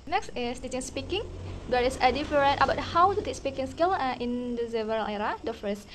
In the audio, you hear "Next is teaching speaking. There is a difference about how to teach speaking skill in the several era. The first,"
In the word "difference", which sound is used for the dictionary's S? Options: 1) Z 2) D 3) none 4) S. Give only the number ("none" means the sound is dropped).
3